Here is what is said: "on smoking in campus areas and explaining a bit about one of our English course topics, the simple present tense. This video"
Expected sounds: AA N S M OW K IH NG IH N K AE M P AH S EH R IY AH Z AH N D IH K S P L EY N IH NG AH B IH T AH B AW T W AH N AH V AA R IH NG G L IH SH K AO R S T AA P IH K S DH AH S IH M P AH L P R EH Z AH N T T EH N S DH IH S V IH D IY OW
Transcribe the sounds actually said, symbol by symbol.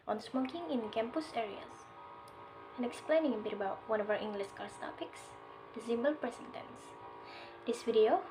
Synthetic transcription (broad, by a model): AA N S M OW K IH NG IH N K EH M P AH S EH R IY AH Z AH N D IH K S P L EY N IH NG AH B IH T AH B AW T W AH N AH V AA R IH NG G L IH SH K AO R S T AA P IH K S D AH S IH M B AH L P R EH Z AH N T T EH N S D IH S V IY D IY OW